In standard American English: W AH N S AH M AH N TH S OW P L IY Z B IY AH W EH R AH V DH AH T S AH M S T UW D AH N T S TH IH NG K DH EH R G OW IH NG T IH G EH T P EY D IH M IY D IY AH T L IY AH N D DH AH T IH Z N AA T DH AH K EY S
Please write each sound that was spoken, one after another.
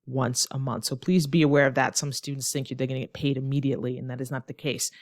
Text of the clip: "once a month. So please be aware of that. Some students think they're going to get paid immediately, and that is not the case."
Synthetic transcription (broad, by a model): W AH N S AH M AH N TH S OW P L IY Z B IY AH W EH R AH V DH AH T S AH M S T UW D N T S TH IH NG K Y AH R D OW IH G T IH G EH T P EY D IH M IY D IY AH T L IY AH N DH AH T IH Z N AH T DH AH K EY S